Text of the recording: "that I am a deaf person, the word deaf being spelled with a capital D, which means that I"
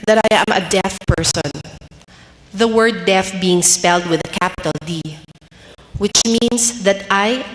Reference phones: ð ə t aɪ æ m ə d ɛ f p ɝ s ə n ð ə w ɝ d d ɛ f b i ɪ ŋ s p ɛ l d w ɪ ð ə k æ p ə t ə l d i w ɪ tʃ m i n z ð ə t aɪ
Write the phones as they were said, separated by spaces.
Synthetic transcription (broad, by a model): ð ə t aɪ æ m ə d ɛ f p ɝ s ə n ð ə w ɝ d d ɛ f b i ɪ ŋ s p ɛ l d w ɪ ð ə k æ p ə t ə l d i w ɪ tʃ m i n s ð ə t aɪ